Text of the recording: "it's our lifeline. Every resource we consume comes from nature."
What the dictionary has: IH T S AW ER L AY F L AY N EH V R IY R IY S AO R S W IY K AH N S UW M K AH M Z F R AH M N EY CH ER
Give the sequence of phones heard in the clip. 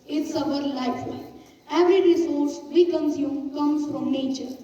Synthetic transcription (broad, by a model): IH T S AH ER L AY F W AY EH V R IY R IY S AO R S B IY K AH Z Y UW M K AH M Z F R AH M N EY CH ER